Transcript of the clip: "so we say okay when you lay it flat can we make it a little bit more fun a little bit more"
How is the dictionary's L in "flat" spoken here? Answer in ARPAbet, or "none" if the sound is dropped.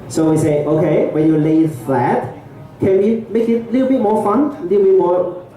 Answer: none